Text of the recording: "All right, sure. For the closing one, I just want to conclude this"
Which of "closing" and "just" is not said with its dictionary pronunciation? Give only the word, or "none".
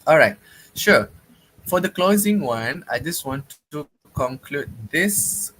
none